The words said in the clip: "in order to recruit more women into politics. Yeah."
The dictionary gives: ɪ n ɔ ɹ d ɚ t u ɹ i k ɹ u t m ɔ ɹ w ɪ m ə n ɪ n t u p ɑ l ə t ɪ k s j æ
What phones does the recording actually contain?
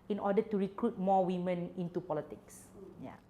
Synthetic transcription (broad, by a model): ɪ n ɔ d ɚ t u ɹ i k ɹ u t m ɔ w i m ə n ɪ n t u p ɑ l ə t ɪ k s j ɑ